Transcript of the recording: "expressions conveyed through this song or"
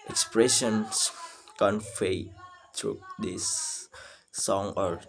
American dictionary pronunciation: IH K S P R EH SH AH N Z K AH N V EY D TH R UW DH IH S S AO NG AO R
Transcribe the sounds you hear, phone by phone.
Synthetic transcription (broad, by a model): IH K S P R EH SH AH N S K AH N F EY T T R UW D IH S S AO NG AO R